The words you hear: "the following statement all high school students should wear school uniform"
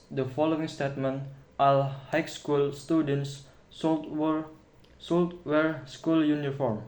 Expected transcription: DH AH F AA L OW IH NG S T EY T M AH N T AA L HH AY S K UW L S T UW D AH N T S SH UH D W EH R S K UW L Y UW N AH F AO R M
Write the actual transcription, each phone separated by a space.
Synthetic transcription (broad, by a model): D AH F AA L OW IH NG S T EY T M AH N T AA L HH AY S K UW L S T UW D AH N S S S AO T W EH R S K UW L Y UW N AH F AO R M